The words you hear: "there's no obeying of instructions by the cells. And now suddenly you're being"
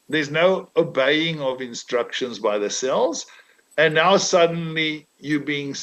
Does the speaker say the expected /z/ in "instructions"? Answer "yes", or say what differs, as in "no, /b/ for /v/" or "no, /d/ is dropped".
yes